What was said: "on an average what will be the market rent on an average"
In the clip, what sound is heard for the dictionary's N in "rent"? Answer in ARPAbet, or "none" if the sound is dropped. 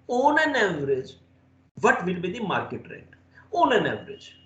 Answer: none